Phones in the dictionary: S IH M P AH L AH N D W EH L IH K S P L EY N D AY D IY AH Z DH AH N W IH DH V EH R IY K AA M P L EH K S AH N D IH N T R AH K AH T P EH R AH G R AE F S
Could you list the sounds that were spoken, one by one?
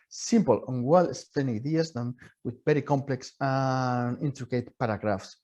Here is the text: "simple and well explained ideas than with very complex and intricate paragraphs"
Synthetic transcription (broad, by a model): S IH M P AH L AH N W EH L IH S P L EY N AY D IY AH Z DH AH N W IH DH B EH R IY K AA M P L EH K S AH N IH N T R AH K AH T P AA R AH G R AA F S